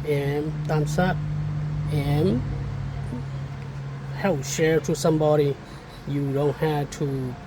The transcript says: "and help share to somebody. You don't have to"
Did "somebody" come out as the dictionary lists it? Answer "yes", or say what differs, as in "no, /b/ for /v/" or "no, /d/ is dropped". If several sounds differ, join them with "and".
yes